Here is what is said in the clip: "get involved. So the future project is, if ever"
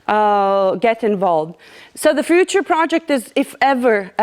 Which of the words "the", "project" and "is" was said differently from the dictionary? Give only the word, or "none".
none